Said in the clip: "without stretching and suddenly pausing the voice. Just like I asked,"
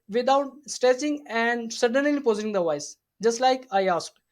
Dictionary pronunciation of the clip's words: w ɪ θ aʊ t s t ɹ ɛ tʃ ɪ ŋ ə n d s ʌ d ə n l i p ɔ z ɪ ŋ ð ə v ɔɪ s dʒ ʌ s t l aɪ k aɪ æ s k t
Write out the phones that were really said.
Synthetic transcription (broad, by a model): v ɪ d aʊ t s t ɹ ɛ s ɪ ŋ ə n d s ʌ d ə n l i p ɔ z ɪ ŋ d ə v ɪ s dʒ ʌ s t l aɪ k aɪ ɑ s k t